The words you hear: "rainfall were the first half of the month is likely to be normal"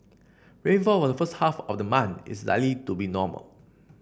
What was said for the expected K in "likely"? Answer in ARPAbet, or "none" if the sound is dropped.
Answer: none